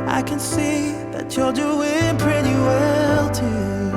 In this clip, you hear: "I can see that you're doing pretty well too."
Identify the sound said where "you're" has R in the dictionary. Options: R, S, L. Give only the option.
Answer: L